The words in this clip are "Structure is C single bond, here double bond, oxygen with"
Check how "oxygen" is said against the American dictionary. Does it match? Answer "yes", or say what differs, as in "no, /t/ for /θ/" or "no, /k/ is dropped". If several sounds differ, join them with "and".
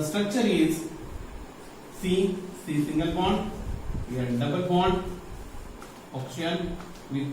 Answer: no, /dʒ/ is dropped